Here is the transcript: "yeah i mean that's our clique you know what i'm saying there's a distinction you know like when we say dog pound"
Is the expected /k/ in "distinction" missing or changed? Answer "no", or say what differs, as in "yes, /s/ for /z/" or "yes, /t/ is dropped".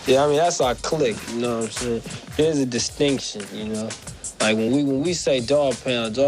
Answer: no